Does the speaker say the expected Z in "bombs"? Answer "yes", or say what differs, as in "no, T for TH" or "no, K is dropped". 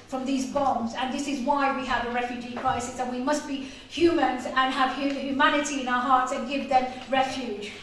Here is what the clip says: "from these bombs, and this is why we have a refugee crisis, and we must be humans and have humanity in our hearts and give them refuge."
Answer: yes